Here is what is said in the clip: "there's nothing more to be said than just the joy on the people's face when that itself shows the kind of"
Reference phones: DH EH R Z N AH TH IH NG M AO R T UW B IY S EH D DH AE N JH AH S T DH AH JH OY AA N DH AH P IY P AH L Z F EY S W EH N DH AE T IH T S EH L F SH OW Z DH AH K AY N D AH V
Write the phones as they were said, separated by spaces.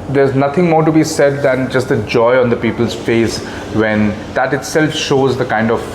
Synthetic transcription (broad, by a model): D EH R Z N AH T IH NG M AO R T UW B IY S EH D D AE N JH AH S T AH JH OY AA N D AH P IY P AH L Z F EY S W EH N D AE T IH T S EH L F SH OW Z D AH K AY N D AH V